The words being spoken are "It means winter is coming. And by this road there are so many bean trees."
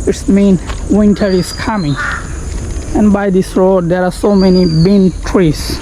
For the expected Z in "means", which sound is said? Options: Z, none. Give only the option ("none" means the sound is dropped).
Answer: none